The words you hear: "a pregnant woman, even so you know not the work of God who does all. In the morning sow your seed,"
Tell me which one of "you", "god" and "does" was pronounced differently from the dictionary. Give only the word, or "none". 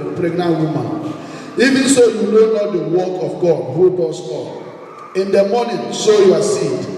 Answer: does